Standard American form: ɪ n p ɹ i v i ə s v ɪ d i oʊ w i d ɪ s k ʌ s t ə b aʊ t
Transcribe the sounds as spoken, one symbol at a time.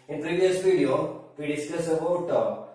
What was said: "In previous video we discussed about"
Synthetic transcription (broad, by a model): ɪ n p ɹ i v i ə s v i d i oʊ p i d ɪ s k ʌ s ə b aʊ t